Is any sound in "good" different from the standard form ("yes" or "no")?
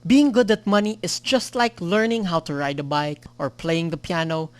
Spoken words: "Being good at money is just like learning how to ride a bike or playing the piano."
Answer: no